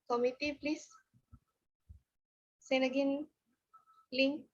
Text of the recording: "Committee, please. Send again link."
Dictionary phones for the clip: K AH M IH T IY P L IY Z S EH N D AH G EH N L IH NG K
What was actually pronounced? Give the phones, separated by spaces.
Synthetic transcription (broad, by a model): K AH M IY T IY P L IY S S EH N AH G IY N L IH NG